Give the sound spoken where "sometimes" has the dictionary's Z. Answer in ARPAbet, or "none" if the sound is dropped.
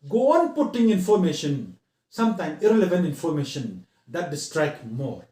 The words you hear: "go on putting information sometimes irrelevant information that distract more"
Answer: none